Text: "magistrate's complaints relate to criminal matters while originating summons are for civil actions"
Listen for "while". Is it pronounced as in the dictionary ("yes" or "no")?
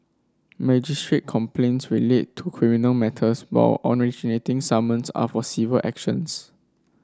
no